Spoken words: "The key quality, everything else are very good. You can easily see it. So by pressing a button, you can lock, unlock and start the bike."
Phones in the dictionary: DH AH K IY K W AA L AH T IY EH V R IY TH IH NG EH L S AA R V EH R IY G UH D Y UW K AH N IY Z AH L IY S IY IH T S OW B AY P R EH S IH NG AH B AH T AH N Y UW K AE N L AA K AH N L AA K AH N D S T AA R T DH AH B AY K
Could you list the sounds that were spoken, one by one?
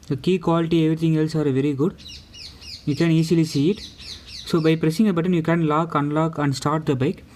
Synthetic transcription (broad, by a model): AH K IY K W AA L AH T IY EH V R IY T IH NG EH L S AA R V EH R IY G UH D Y UW K AH N IY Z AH L IY S IY IH T S OW B AY P R EH S IH NG AH B AH T AH N Y UW K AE N L AA K AH N L AA K AH N D S T AA R T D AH B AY K